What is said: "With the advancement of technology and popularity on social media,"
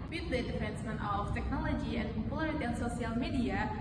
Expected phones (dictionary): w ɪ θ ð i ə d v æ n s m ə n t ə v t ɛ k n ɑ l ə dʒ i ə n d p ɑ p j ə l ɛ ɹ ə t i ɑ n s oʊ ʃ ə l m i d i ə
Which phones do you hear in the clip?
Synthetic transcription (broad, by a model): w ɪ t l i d f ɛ n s m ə n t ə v t ɛ k n ɑ l ə dʒ i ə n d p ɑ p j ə l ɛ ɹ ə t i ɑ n s oʊ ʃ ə l m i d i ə